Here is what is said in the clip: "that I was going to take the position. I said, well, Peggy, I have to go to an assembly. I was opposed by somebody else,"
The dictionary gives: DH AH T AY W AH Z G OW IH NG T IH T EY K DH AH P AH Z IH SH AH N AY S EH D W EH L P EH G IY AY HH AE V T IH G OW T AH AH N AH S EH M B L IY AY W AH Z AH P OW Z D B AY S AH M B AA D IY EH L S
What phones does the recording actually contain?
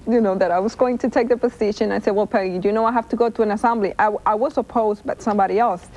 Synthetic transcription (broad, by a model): DH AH T AY W AH Z G OW IH NG T IH T EY K DH AH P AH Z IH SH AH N AY S EH D W EH L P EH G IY AY HH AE F T IH G OW T AH AH N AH S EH M B L IY AY W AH S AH P OW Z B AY S AH M B AA D IY EH L S